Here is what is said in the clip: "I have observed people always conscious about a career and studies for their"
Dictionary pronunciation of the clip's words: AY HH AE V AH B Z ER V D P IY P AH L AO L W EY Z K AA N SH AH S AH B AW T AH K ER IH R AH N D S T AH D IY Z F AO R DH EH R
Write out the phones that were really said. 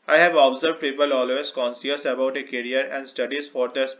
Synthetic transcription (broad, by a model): AY HH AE V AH B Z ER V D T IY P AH L AO L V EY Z K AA N S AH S AH B AW T AH K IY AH R AH N D S T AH D IY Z F AO R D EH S